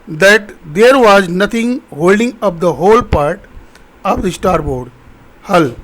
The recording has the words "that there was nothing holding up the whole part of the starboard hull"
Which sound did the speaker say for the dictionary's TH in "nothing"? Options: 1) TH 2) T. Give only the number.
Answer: 2